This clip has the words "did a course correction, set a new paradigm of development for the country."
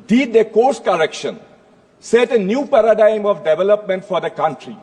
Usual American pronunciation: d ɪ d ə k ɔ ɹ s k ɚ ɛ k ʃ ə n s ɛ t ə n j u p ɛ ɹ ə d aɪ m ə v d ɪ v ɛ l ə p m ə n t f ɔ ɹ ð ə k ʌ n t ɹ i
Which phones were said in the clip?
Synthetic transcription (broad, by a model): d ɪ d ə k ɔ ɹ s k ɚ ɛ k ʃ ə n s ɛ t ə n j u p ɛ ɹ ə d aɪ m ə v d ɪ v ɛ l ə p m ə n t f ɔ ɹ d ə k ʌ n t ɹ i